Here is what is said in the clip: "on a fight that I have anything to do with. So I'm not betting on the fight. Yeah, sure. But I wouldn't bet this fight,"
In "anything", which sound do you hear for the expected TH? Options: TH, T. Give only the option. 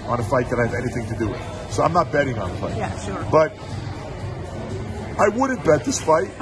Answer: TH